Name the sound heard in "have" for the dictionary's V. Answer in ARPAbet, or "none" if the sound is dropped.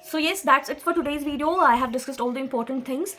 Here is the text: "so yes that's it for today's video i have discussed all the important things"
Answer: V